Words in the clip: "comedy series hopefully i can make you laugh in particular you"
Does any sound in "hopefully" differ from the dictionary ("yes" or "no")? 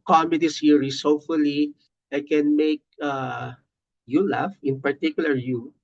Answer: yes